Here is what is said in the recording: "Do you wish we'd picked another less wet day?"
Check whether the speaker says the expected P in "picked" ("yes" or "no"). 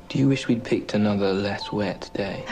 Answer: yes